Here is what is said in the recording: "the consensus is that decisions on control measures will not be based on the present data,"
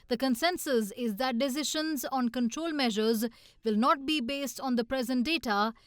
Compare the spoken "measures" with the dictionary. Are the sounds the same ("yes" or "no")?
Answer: yes